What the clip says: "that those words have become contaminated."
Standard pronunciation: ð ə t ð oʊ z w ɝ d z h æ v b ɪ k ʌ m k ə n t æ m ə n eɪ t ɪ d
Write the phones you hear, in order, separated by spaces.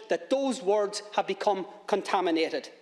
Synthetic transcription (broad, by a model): ð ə t ð oʊ z w ɝ d z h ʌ v b ɪ k ʌ m k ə n t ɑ m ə n eɪ t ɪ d